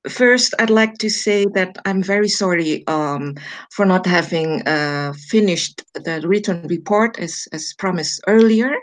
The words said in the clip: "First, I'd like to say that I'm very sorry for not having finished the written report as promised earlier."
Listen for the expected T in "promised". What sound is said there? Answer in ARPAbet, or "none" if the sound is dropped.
none